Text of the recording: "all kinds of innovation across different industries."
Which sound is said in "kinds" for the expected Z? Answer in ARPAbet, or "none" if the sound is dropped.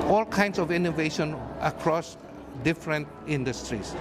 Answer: S